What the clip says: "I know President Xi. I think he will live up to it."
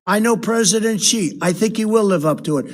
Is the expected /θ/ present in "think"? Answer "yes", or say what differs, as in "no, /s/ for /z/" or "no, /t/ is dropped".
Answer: yes